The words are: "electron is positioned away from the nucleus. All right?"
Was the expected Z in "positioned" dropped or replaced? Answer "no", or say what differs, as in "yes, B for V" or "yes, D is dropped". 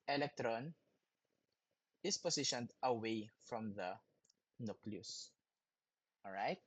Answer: yes, S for Z